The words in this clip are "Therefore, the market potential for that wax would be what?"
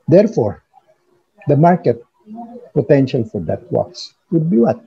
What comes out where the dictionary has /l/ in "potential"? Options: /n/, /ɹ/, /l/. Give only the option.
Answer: /l/